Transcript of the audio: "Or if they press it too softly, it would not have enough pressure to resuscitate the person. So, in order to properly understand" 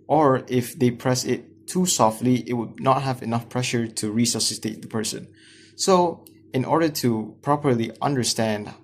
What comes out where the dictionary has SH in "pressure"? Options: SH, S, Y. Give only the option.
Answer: SH